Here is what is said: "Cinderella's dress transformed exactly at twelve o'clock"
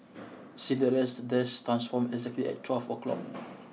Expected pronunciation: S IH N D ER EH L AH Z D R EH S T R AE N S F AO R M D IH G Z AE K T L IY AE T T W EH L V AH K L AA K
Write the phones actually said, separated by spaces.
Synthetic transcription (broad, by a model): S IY D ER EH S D EH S T R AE N S F AO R M IH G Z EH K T L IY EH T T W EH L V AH K L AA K